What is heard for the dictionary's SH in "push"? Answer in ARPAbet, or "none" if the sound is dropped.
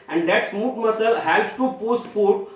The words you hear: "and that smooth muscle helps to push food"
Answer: S